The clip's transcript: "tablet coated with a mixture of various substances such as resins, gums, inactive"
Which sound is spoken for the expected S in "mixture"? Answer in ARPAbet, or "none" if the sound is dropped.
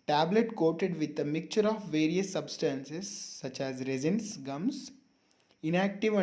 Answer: none